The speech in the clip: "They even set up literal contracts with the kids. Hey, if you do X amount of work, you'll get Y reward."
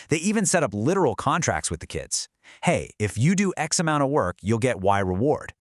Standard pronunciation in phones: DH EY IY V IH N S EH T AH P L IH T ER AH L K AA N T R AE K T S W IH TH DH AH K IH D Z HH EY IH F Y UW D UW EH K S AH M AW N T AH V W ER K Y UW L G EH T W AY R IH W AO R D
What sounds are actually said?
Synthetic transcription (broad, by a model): DH EY IY V IH N S EH T AH P L IH T ER L K AA N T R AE K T S W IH DH AH K IH D Z HH EY IH F Y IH D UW EH K S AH M AW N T AH V W ER K Y UW L G EH T W AY R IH W AO R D